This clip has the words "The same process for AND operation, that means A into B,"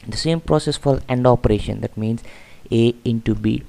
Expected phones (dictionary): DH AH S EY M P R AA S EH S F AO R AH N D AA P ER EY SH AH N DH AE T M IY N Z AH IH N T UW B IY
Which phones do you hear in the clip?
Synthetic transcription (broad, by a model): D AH S EY M P R AA S EH S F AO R AH N D AA P ER EY SH AH N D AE T M IY N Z AH IH N T UW B IY